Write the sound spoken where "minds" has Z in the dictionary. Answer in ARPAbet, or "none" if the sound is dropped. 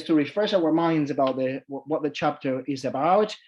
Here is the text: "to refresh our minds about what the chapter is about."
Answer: Z